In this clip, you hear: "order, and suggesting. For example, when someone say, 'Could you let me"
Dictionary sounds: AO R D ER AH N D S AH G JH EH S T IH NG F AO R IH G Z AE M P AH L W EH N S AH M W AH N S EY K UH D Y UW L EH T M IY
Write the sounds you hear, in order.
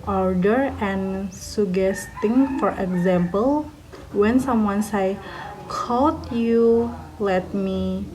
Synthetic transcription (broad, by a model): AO R D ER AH N S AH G EH S T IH NG F AO R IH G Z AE M P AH L W EH N S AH M W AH N S EY K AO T Y UW L EH T M IY